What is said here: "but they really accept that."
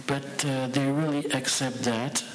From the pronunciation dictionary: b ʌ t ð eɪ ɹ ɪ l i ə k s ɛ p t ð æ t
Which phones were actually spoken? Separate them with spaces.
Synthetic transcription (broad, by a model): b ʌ t ð eɪ ɹ ɪ l i ə k s ɛ p t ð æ t